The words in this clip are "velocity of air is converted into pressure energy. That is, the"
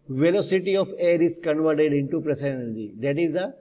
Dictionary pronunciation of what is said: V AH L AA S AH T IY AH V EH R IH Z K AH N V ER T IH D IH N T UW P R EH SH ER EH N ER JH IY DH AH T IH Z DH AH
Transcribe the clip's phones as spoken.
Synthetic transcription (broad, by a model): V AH L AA S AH T IY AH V EH R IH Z K AH N V ER T IH D IH N T UW P R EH S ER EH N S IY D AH T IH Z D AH